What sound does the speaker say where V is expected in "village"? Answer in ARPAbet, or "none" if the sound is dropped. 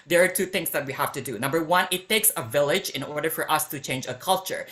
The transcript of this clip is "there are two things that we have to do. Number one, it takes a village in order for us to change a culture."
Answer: V